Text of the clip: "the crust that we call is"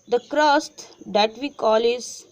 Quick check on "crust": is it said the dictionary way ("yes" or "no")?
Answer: yes